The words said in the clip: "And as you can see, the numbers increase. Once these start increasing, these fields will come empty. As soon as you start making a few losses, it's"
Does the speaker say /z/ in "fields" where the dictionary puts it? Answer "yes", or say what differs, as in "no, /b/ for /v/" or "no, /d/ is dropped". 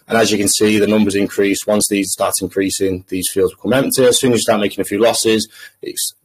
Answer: yes